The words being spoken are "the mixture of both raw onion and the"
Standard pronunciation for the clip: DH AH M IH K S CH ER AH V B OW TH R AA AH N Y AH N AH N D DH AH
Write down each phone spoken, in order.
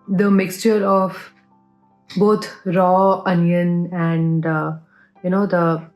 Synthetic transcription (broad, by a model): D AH M IH K S CH ER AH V B OW T R AA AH N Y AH N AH N D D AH